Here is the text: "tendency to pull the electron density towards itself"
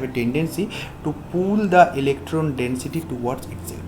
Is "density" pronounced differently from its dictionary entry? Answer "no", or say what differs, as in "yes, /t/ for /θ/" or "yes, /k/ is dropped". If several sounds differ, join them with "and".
no